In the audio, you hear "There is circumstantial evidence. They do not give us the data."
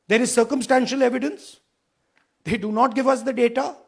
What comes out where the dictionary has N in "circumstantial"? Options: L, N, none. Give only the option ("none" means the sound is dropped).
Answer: N